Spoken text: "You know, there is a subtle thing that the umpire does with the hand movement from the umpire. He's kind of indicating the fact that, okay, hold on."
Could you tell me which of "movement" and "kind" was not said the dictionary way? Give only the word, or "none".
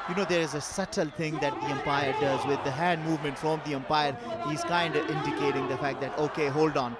none